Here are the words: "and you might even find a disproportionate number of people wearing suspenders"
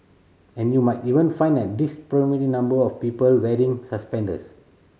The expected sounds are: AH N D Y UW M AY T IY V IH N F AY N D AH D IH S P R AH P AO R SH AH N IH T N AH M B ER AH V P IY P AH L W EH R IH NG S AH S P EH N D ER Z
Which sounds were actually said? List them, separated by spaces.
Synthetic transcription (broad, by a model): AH N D Y UW M AY T IY V IH N F AY N D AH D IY S P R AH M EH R AH N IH M B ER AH F P IY P AH L W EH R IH NG S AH S P EH N D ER S